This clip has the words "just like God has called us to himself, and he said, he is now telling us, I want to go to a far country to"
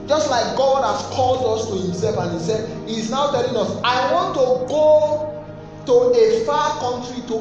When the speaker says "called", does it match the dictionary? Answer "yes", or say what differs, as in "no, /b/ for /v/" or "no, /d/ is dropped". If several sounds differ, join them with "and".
yes